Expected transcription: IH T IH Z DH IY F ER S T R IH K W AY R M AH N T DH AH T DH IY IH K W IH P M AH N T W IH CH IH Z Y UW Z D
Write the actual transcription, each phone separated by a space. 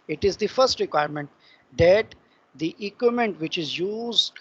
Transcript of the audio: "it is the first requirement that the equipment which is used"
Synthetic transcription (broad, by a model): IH T IH Z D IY F ER S T R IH K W AY R M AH N T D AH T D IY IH K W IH M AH N T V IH CH IH Z Y UW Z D